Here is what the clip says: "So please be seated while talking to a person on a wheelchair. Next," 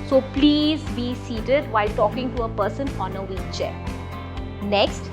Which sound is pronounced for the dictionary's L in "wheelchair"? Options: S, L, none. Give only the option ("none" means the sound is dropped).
none